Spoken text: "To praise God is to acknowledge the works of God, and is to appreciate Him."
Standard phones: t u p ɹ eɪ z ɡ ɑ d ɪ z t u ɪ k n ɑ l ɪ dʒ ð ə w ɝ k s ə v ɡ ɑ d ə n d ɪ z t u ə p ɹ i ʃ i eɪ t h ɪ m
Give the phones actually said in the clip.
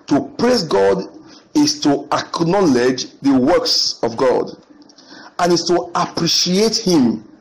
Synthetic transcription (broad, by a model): t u p ɹ eɪ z ɡ ɑ d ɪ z t u ɪ k n ɑ l ɪ dʒ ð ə w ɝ k s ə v ɡ ɑ d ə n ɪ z t u ə p ɹ i ʃ i eɪ t h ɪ m